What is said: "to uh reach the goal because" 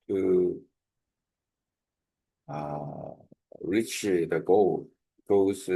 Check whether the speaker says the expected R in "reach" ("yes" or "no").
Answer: yes